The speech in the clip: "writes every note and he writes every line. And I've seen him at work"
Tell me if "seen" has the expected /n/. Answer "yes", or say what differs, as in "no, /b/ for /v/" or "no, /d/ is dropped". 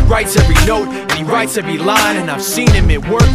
yes